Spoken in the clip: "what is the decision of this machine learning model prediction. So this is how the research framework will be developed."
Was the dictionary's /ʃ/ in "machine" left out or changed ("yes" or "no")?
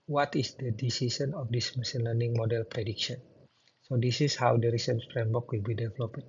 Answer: yes